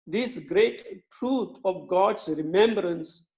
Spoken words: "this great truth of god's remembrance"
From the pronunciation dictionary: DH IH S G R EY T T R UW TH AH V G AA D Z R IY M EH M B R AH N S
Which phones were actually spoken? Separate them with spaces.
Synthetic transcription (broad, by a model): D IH S G R EY T T R UW T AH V G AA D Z R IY M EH M B R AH N S